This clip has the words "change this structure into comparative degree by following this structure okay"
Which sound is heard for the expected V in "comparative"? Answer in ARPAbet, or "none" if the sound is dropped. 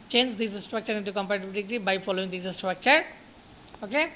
B